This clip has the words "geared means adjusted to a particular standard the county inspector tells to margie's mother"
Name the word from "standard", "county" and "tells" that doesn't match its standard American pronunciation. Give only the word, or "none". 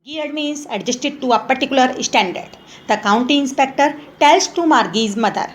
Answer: tells